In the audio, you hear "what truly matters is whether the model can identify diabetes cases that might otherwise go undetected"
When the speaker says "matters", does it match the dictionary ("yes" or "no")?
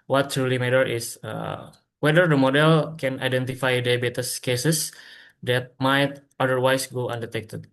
no